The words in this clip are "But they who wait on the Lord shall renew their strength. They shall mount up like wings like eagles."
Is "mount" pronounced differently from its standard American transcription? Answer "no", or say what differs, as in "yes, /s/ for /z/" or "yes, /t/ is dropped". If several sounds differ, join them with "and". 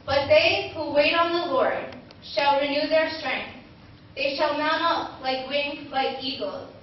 yes, /n/ is dropped